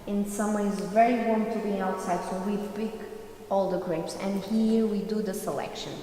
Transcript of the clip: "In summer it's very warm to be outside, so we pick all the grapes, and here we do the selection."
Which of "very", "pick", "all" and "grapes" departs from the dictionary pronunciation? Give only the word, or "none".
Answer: pick